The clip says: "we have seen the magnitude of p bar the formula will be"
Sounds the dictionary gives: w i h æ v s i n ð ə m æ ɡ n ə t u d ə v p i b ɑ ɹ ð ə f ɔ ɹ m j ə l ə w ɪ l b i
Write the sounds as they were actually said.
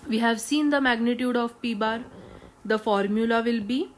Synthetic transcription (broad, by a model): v i h æ v s i n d ə m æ ɡ n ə t u d ə v p i b ɑ ɹ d ə f ɔ ɹ m j ə l ə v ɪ l b i